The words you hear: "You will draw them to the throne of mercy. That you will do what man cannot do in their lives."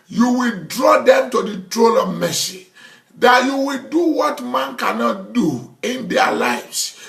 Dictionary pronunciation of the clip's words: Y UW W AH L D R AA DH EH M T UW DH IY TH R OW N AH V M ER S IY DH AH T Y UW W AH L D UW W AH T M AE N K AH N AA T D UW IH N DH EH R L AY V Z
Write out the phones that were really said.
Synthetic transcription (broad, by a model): Y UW W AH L D R AA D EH M T UW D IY T R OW L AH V M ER S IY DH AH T Y UW W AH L D UW W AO T M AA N K AH N AA T D UW IH N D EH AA L AY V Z